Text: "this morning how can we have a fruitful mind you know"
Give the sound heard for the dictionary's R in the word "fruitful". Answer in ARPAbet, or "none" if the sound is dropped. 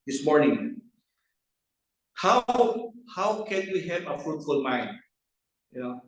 R